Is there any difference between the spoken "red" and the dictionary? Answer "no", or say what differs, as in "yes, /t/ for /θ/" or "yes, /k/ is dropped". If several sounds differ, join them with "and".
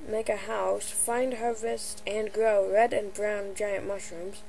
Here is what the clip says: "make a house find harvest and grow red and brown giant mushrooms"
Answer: no